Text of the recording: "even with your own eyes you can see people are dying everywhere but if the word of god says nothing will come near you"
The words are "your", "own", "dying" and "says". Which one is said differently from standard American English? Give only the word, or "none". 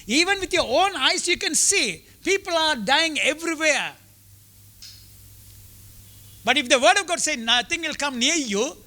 says